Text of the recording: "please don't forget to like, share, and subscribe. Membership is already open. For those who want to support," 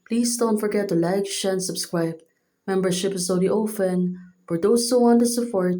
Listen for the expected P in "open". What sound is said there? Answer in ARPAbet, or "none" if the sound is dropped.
F